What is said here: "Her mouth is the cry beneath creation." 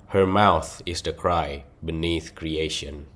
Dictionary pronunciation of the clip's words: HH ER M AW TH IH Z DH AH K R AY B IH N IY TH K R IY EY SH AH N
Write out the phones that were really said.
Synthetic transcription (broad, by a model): HH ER M AW TH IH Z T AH K R AY B IH N IY TH K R IY EY SH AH N